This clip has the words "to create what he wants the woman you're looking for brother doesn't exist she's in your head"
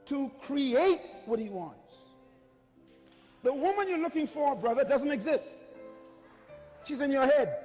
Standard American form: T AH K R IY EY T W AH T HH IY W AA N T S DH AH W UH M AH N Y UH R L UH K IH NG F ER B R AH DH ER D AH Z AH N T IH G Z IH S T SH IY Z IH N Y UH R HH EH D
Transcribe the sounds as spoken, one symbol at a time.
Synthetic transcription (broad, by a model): T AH K R IY EY T W AH T HH IY W AA N T S DH AH W UH M AH N Y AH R L UH K IH NG F ER B R AH DH ER D AH Z AH N T IH G Z IH S T SH IY Z IH N Y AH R HH EH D